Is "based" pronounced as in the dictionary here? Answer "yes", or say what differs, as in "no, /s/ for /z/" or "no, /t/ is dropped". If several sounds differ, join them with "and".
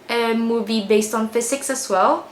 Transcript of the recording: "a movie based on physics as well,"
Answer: yes